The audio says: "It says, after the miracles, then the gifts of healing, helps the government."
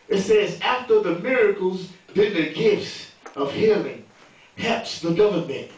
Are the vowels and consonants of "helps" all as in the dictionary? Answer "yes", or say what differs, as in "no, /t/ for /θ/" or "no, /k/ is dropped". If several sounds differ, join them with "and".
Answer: no, /l/ is dropped